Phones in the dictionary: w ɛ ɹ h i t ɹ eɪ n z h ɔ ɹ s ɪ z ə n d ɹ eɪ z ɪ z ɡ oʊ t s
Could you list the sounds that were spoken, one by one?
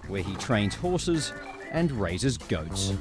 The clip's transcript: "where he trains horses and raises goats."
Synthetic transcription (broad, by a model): w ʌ ɹ i t ɹ eɪ n z h ɔ ɹ s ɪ z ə n ɹ eɪ z ɪ z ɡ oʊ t s